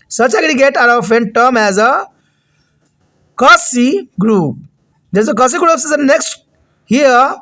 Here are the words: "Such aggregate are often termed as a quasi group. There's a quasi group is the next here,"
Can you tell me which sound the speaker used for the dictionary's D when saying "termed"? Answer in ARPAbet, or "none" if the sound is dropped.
none